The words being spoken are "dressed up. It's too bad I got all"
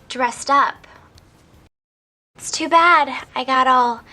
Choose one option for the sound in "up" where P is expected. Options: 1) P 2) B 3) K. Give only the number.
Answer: 1